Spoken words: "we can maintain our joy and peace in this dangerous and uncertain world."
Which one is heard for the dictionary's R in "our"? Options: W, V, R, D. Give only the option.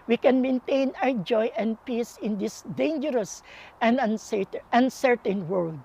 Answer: W